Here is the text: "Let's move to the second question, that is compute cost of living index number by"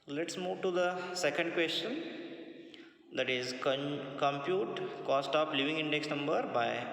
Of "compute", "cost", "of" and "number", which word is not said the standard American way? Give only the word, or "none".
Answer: of